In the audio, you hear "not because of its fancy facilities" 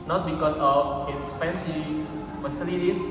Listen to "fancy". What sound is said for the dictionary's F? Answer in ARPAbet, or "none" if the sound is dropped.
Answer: P